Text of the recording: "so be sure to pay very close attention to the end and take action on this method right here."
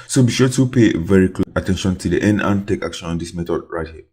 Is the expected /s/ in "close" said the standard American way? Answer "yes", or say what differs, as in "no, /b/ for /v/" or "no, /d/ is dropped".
no, /s/ is dropped